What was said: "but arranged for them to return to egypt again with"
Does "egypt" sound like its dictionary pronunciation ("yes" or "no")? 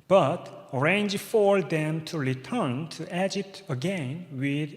no